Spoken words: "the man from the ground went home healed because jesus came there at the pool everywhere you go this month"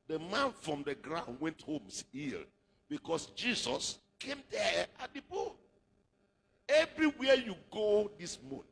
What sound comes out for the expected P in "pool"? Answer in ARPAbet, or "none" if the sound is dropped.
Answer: B